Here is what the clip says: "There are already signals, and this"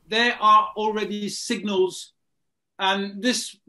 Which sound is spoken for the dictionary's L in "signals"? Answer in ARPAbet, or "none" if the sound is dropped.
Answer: L